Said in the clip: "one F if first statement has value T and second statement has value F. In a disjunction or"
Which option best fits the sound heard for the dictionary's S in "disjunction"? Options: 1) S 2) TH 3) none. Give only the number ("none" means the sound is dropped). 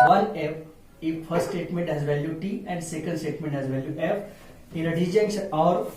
3